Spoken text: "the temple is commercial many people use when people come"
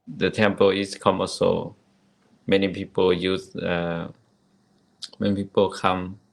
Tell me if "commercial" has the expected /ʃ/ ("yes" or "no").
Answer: no